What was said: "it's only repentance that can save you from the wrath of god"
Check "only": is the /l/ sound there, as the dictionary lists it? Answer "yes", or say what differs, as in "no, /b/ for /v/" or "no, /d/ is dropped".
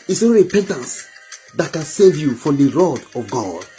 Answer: no, /l/ is dropped